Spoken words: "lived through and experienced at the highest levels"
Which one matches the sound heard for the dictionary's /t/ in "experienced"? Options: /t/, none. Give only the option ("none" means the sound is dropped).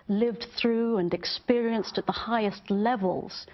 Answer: /t/